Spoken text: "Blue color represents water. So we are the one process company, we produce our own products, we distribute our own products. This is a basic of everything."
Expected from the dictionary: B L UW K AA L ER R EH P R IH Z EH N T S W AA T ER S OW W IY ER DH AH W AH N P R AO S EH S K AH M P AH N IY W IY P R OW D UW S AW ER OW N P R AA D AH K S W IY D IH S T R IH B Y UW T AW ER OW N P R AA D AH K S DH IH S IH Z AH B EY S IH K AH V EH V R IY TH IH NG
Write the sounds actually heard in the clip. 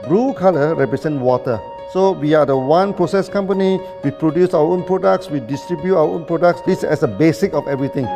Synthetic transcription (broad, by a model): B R UW K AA L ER R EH P R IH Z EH N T W AA T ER S OW W IY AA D AH W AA N P R AO S EH S K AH M P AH N IY W IY P R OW D UW S AW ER OW N P R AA D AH K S W IY D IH S T R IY B Y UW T AW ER OW N P R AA D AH K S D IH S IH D AH B EY S IH K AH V EH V R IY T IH NG